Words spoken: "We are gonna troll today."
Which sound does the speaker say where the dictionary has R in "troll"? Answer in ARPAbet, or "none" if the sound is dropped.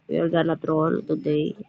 R